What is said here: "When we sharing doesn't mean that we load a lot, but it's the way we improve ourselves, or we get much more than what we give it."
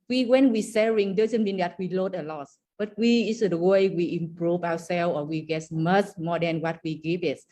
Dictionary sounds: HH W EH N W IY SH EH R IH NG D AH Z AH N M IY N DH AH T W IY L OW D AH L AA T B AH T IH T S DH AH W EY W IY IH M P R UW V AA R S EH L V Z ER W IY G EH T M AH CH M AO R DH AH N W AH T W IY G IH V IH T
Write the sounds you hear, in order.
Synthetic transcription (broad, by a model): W W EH N W IY S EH R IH NG D AH Z AH N M IY N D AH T W IY L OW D AH L AA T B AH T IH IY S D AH W EY W IY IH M P R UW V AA W S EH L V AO W IY G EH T M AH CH M AO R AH N W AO T W IY G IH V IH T